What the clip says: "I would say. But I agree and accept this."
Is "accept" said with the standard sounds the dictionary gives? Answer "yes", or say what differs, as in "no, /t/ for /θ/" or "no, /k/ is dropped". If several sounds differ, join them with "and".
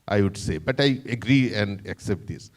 yes